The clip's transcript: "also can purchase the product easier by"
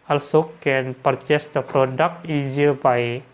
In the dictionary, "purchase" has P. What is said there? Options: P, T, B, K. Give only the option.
P